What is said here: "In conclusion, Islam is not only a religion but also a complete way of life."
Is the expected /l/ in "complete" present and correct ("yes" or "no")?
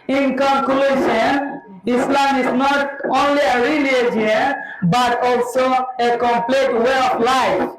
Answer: yes